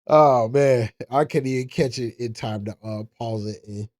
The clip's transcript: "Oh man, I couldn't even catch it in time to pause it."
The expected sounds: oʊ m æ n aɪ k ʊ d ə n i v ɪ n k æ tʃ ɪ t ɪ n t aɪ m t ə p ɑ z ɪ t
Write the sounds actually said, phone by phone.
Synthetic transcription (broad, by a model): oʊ m æ n aɪ k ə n i v ɪ n k æ tʃ ɪ t ɪ n t aɪ m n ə p ɑ z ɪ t